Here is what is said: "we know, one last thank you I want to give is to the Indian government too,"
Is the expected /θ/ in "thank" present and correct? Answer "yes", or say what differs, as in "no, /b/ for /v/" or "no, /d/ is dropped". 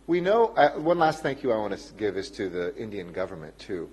yes